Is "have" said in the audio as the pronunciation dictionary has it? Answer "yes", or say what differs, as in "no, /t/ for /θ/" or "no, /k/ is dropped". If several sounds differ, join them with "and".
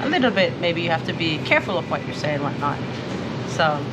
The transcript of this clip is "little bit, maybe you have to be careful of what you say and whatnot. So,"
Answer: no, /f/ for /v/